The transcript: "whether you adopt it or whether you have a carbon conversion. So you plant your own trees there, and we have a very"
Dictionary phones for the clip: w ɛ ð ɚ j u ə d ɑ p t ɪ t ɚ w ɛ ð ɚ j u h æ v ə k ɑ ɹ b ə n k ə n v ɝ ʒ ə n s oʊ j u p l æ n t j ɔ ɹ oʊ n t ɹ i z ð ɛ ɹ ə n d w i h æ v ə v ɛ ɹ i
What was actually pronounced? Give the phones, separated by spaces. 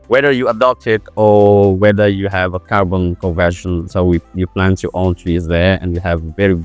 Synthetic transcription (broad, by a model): w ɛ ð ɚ j u ə d ɑ p t ɪ t ɚ w ɛ ð ɚ j u h æ v ə k ɑ ɹ b ə n k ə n v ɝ ʃ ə n s oʊ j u p l æ n t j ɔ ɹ oʊ n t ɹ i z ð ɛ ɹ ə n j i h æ v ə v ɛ ɹ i